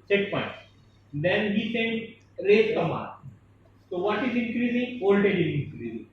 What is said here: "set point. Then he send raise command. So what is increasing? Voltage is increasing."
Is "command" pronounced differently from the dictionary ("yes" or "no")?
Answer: yes